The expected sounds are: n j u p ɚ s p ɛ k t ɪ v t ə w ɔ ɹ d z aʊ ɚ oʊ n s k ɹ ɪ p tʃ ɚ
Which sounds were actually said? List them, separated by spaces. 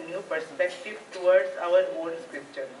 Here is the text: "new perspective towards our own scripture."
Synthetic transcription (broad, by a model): n j u p ɚ s p ɛ k t ɪ v t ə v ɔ ɹ d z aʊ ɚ oʊ l s k ɹ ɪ p tʃ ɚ